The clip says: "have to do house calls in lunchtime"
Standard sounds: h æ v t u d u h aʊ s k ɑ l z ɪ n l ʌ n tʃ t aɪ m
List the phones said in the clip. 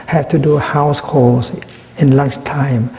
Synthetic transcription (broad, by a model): h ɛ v t u d u h aʊ s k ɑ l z ɪ n l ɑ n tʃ t aɪ m